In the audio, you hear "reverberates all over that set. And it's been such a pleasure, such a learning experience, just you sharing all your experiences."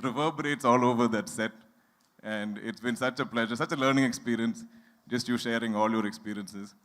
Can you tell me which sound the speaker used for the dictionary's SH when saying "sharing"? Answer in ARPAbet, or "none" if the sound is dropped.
SH